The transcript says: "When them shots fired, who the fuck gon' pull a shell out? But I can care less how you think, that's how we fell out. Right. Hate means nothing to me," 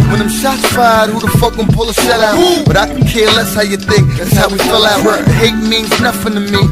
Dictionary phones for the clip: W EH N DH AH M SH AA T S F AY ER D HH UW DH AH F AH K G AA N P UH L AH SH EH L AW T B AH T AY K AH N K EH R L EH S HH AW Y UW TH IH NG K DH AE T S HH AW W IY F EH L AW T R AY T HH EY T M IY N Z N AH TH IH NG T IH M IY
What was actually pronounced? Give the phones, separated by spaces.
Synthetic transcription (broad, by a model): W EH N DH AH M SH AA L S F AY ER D HH UW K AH F AH K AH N P UH L AH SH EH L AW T B AH T AY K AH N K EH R L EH S HH AW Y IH TH IH NG K DH AE T S HH AW W IY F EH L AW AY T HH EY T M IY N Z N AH F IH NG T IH M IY